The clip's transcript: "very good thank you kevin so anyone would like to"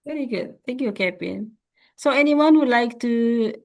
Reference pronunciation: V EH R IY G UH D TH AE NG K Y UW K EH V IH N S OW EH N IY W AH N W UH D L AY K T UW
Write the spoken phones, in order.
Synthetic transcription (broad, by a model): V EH R IY G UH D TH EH NG K Y UW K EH P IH N S OW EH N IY W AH N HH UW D L AY K T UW